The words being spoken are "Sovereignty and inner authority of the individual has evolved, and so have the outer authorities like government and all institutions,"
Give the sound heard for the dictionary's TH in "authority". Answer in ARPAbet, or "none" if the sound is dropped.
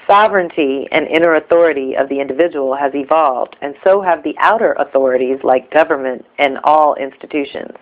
TH